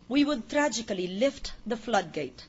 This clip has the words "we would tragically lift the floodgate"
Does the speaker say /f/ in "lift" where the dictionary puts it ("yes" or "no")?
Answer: yes